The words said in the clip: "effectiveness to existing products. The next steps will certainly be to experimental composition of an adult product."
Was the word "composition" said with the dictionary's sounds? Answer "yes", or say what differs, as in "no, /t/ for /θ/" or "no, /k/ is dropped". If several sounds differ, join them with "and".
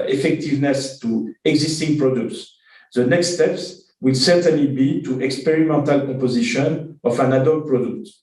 no, /m/ is dropped